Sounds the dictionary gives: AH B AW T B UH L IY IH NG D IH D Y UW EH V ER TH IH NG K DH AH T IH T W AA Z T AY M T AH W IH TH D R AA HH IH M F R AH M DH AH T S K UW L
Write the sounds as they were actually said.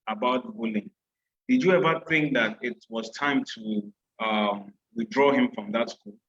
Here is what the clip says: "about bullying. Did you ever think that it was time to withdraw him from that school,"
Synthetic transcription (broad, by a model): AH B AW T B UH L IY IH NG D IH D Y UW EH V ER TH IH NG K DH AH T IH T W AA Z T AY M T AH W IH TH D R AA HH IH M F R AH M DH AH T S K UW L